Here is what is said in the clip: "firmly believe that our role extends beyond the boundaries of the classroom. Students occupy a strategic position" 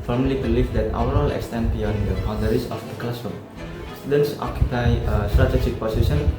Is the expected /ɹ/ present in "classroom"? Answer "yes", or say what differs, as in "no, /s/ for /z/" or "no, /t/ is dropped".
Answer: no, /ɹ/ is dropped